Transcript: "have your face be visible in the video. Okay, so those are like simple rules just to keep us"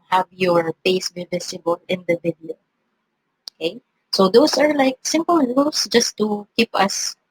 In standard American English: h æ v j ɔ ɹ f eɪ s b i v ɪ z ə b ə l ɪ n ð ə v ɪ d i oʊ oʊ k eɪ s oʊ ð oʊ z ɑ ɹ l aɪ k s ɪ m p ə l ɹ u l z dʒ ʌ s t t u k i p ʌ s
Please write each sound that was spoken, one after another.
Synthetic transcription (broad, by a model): h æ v j ɔ ɹ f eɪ s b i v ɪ s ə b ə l ɪ n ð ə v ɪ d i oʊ oʊ k eɪ s oʊ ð oʊ s ɑ ɹ l aɪ k s ɪ m p ə l l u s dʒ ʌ s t t u k i p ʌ s